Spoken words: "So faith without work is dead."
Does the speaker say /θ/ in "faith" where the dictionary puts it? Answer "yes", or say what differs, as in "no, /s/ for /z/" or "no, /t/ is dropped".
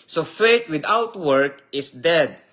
no, /t/ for /θ/